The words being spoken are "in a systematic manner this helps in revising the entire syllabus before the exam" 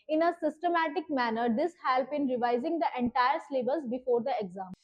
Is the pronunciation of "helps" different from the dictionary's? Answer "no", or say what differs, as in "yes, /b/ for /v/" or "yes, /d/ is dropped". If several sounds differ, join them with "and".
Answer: yes, /s/ is dropped